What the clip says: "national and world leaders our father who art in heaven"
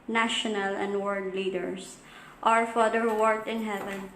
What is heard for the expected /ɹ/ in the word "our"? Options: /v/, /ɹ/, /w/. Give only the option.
/ɹ/